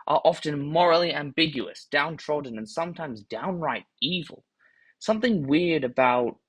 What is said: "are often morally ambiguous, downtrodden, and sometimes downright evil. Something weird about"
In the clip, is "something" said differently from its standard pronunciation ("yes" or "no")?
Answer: no